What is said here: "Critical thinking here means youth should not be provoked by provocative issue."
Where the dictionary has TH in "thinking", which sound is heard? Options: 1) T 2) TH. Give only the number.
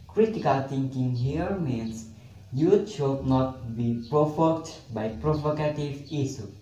1